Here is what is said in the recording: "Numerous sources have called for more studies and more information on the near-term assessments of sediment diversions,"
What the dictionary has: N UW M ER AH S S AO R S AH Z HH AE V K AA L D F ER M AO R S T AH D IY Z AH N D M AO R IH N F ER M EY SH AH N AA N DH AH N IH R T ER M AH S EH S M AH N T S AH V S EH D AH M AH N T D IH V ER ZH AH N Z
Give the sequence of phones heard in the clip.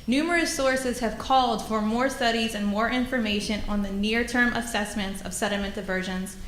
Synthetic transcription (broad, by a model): N UW M ER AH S S AO R S AH Z HH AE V K AA L D F ER M AO R S T AH D IY Z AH N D M AO R IH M F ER M EY SH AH N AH N DH AH N IH R T ER M AH S EH S M AH N T S AH V S EH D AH M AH N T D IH V ER ZH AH N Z